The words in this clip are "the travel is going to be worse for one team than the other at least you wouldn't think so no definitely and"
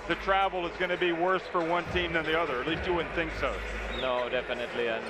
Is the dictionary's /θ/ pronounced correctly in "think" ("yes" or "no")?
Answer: yes